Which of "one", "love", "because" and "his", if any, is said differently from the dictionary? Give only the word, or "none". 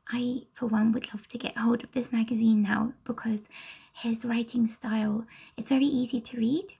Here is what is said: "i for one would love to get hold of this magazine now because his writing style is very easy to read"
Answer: none